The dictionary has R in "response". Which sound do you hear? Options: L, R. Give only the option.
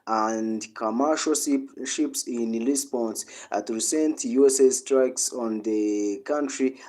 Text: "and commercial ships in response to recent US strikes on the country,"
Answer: L